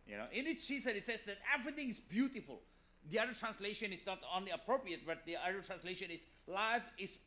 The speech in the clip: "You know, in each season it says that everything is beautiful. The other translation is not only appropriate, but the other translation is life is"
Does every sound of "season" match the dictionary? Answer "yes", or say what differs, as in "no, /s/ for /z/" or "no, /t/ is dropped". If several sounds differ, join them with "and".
no, /ʃ/ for /s/